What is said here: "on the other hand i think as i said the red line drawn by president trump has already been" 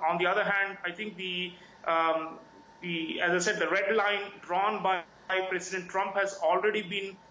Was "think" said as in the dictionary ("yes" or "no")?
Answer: no